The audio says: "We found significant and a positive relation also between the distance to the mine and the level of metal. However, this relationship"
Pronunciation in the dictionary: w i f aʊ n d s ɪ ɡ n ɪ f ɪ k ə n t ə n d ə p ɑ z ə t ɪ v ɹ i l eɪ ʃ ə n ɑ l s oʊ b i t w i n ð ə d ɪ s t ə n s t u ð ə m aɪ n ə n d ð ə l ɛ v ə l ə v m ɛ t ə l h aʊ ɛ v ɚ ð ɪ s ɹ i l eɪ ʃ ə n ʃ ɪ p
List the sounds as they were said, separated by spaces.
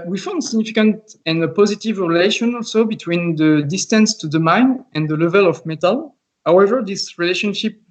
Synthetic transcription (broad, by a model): w i f aʊ n d s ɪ ɡ n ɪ f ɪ k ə n t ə n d ə p ɑ z ə t ɪ v ɹ i l eɪ ʃ ə n ɑ l s oʊ b i t w i n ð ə d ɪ s t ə n s t u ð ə m aɪ n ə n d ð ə l ɛ v ə l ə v m ɛ t ə l h aʊ ɛ v ɚ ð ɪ s ɹ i l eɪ ʃ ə n ʃ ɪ p